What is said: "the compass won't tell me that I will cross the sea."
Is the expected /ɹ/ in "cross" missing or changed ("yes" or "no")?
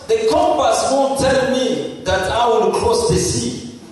yes